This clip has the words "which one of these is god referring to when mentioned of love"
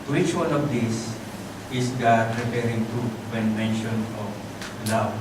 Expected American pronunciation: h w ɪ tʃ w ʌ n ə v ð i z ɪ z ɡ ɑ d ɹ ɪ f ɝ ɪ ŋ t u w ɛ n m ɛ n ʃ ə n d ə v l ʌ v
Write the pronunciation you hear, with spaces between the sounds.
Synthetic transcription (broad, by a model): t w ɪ tʃ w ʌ n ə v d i s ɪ s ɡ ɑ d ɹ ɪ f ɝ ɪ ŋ t u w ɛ n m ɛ n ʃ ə n ə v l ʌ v